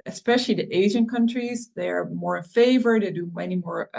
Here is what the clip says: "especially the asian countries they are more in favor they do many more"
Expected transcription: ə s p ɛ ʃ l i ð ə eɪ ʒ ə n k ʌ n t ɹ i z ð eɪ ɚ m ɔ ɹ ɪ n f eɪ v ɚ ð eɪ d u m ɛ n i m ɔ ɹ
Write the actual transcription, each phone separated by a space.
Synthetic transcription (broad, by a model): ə s p ɛ ʃ l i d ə eɪ ʒ ə n k ʌ n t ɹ i z ð eɪ ɚ m ɔ ɹ ɪ n f eɪ v ɚ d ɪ d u m ɛ n i m ɔ ɹ